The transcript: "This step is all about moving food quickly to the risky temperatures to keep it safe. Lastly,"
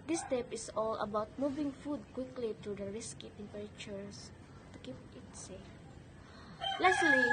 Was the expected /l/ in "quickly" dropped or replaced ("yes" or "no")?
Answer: no